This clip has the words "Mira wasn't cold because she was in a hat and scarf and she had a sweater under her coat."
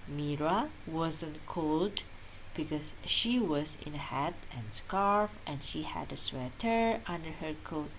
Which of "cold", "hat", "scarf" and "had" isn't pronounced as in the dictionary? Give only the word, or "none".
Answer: none